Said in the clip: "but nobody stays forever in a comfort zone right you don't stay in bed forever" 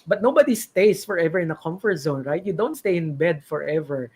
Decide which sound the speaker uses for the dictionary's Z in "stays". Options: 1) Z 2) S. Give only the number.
2